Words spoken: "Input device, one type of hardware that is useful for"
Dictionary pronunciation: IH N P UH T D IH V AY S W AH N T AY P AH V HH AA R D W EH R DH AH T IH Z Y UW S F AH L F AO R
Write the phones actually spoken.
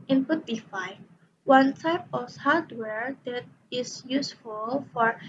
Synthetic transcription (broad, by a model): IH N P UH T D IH F AY W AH N T AY P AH F HH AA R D W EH R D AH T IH S Y UW S F AH L F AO R